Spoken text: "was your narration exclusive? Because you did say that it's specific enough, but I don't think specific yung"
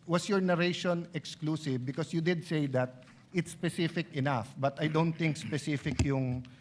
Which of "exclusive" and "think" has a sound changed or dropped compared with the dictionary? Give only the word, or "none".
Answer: think